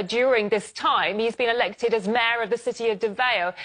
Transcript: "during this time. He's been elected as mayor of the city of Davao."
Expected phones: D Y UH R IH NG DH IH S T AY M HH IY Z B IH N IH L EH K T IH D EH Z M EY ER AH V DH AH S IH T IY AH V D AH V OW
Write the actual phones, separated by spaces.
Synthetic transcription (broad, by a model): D Y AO R IH NG DH IH S T AY M HH IY Z B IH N IH L EH K T IH D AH Z M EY ER AH V DH AH S IH T IY AH V D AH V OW